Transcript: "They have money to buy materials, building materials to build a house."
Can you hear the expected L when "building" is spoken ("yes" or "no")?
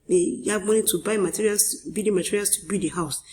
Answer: no